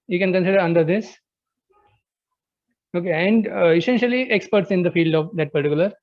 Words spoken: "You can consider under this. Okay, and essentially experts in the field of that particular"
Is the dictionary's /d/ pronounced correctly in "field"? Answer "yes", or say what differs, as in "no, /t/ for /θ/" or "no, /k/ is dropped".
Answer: yes